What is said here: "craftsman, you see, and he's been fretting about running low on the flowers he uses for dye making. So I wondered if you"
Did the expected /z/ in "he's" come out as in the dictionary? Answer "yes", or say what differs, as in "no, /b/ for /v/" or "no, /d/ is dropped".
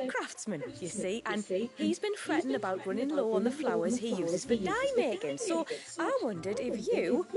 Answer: yes